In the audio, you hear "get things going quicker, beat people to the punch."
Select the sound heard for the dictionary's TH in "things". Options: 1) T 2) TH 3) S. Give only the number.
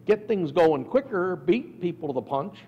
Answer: 2